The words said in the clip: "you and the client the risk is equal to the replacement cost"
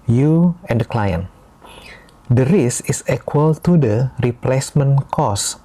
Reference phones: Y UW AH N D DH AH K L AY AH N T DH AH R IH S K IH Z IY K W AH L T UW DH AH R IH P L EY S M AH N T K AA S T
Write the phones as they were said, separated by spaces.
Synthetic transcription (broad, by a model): Y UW AH N D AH K L AY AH N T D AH R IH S IH S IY K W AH L T UW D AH R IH P L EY S M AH N K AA S